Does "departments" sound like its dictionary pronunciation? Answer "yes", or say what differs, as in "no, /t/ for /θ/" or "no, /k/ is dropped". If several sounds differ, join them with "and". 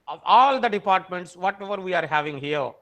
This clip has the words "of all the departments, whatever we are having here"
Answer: yes